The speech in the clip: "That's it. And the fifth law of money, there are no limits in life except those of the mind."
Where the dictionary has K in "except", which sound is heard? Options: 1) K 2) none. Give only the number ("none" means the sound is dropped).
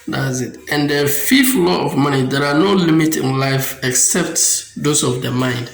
1